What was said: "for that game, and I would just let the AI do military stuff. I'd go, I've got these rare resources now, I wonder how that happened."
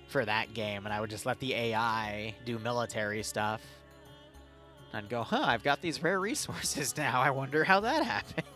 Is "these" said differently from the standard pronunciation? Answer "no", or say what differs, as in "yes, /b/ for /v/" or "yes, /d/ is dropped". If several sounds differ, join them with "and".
no